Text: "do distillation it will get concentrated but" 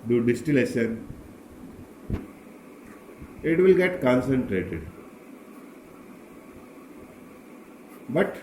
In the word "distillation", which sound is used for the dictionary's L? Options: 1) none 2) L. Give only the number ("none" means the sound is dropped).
2